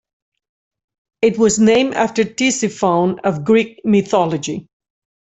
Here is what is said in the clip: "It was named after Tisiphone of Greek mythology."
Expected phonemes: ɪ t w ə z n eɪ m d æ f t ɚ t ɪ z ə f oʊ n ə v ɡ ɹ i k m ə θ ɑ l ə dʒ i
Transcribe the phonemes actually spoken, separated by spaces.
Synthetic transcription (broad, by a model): ɪ t w ə z n eɪ m æ f t ɚ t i s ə f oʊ n ə v ɡ ɹ i k m ə θ ɑ l ə dʒ i